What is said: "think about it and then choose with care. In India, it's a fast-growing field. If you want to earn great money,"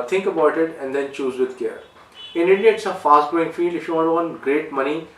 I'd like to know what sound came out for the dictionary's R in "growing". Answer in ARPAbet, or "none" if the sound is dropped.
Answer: none